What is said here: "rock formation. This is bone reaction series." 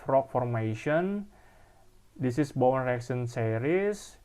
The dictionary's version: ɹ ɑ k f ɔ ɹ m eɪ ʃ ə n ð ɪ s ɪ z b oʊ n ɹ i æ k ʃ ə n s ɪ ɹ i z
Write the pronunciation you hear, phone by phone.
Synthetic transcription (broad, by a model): ɹ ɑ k f ɔ ɹ m eɪ ʃ ə n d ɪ s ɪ s b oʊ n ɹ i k s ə n s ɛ ɹ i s